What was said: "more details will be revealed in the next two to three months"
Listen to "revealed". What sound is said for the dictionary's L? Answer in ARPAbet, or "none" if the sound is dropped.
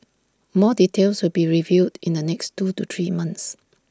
none